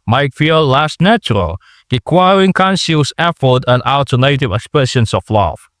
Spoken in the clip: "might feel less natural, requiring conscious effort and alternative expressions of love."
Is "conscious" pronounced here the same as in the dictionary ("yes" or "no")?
no